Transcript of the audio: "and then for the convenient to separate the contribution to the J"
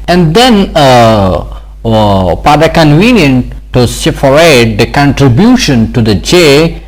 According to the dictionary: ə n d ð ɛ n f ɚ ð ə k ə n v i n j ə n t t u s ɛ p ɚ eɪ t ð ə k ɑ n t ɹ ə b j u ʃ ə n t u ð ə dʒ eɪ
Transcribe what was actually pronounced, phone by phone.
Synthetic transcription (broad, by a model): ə n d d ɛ n p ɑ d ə k ə n v i n j ə n t t u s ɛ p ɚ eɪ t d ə k ɑ n t ɹ ə b j u ʃ ə n t u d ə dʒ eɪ